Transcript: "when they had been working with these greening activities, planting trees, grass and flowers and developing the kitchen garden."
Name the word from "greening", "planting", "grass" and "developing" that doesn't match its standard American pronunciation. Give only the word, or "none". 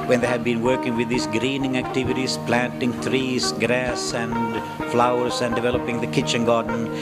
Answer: none